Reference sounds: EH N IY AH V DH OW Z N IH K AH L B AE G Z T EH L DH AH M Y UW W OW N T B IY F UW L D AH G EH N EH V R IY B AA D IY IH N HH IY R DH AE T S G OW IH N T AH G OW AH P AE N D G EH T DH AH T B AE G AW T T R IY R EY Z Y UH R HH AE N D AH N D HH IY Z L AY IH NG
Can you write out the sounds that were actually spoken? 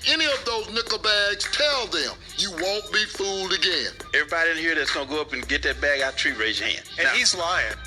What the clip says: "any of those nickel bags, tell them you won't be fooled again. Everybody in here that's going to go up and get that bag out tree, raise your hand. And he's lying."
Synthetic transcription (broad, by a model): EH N IY AH V DH OW Z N IH K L B AE G Z T EH L DH AH M Y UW W OW N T B IY F UW L D AH G EH N EH V R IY B AA D IY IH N HH IY R DH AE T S G OW IH N G OW AH P N G EH T DH AH T B AE G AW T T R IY R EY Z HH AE N AH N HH IY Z L AY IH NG